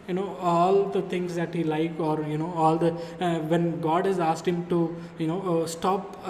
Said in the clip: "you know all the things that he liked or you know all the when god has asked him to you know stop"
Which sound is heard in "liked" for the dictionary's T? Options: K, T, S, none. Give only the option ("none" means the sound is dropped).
none